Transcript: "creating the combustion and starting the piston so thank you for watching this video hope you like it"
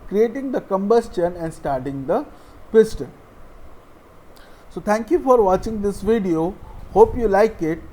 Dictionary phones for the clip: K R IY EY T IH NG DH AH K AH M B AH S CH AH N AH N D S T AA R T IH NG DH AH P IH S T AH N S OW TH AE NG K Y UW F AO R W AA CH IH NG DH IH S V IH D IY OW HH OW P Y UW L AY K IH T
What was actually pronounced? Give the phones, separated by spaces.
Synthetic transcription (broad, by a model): K R IY EY T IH NG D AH K AH M B AH S CH AH N AH N D S T AA R T IH NG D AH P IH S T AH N S OW T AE NG K Y UW F AO R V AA CH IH NG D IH S V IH D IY OW HH OW P Y UW L AY K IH T